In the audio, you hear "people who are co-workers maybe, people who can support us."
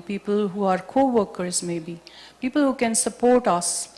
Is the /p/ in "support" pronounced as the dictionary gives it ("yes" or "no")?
yes